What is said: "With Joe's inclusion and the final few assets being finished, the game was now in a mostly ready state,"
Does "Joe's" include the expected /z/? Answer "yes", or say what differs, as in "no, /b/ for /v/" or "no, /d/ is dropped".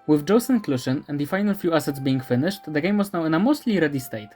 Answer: no, /s/ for /z/